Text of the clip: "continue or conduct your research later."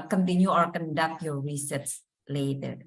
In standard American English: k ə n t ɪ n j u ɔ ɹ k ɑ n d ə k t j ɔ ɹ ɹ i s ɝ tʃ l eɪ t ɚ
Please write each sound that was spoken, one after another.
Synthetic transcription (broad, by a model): k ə n t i n j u ɔ ɹ k ɑ n d ə k t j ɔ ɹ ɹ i s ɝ s l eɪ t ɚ